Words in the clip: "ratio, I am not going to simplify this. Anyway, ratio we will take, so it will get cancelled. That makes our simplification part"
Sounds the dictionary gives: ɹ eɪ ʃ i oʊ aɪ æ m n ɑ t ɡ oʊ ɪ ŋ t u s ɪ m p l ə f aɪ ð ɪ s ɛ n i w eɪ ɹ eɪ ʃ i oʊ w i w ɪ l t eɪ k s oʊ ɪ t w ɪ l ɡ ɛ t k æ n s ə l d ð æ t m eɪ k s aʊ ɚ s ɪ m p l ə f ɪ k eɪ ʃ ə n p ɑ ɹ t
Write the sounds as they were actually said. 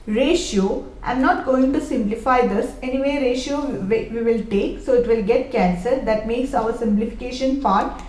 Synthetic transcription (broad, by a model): ɹ eɪ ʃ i oʊ aɪ m n ɑ t ɡ oʊ ɪ ŋ t u s ɪ m p l ə f aɪ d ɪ s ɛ n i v eɪ ɹ eɪ ʃ i oʊ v i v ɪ l t eɪ k s oʊ ɪ t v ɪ l ɡ ɛ t k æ n s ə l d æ t m eɪ k s aʊ ɚ s ɪ m p l ə f ɪ k eɪ ʃ ə n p ɑ ɹ t